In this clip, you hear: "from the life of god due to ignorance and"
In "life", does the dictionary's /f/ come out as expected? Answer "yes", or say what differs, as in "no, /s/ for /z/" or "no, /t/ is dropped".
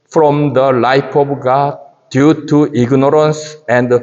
no, /p/ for /f/